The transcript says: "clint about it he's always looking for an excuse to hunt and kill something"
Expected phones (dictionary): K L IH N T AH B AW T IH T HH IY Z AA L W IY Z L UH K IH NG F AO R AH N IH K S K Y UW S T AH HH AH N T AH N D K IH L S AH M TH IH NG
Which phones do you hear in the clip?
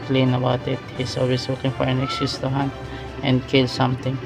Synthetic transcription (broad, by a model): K L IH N AH B AW T IH T HH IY S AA L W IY S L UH K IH NG F AO R AH N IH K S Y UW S T AH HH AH N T AH N D K IH L S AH M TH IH NG